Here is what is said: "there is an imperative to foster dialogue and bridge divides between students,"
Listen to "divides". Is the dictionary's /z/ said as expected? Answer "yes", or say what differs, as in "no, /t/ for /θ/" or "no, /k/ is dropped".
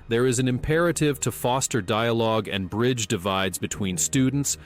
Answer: yes